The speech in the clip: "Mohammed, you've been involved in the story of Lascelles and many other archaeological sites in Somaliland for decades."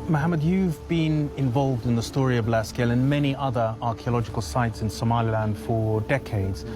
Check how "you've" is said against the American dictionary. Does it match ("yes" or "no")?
yes